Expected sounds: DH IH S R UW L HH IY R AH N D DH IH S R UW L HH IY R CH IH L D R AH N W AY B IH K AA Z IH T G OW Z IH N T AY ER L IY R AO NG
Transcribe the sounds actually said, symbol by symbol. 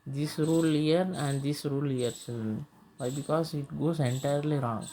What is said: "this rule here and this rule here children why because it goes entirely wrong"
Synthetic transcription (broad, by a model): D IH S R UW L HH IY R AH N D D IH S R UW L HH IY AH D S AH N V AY B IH K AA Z IH T G OW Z IH N T AY ER L IY R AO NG